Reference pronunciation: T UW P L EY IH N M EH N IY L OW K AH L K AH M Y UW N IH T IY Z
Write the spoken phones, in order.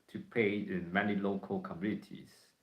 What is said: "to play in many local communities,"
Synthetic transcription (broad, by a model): T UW P EY IH N M EH N IY L OW K AH L K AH M Y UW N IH T IY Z